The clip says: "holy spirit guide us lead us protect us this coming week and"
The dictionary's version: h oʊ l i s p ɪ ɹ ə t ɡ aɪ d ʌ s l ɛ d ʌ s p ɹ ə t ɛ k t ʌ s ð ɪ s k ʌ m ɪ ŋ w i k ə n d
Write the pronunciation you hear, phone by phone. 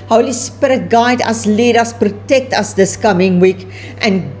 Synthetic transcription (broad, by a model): h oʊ l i s p ɪ ɹ ə t ɡ aɪ d ʌ s l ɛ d ʌ s p ɹ ə t ɛ k t ʌ s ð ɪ s k ʌ m ɪ ŋ w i k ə n